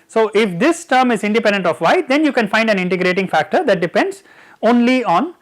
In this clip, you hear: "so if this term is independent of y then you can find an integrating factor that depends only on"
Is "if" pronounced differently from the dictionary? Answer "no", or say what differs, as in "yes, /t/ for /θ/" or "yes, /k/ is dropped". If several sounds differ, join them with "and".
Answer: no